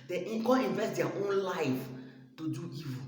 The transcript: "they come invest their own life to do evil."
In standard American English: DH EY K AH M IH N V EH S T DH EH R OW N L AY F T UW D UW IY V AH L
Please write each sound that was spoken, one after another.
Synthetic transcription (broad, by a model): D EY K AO IH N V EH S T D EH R OW N L AY F T UW D UW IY V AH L